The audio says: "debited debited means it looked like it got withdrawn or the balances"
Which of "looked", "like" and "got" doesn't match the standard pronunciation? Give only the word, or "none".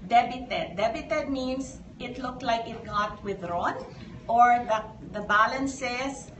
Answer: none